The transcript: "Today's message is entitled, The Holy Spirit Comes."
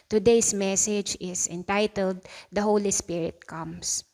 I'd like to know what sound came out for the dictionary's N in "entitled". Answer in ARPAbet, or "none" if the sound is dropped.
N